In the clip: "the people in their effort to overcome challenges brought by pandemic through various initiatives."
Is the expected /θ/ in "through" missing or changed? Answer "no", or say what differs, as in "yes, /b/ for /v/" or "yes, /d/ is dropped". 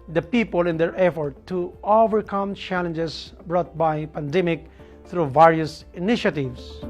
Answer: yes, /t/ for /θ/